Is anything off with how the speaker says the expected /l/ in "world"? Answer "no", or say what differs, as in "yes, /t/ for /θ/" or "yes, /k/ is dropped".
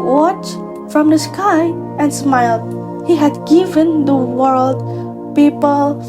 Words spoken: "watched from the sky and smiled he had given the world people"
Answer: no